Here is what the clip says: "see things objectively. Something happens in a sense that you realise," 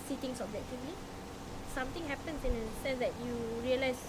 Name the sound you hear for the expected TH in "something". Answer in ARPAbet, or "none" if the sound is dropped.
T